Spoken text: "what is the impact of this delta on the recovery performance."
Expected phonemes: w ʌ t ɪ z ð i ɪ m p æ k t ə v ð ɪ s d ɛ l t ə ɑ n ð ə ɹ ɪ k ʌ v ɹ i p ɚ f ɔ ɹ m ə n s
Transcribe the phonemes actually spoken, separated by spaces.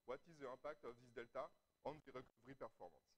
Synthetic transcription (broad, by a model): w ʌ t ɪ z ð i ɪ p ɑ k t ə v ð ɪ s d ɛ l t ə ɑ n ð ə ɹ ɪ k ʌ v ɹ i p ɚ f ɔ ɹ m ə n s